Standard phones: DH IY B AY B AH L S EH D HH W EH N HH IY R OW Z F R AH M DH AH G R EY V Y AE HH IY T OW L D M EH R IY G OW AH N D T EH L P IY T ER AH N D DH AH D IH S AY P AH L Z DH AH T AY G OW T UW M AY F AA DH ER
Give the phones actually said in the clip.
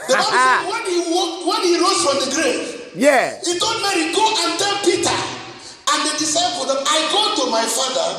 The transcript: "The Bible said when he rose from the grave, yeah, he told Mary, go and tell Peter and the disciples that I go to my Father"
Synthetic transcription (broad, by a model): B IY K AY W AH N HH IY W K W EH N HH IY R OW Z F R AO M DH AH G R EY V Y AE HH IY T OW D M EH R IY G OW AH N T EH L P IY T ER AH N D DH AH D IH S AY F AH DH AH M AY G OW T UW M AY F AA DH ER